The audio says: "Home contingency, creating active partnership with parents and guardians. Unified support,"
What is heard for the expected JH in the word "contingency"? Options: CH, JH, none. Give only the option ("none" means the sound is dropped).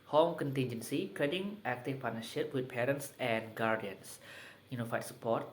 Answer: JH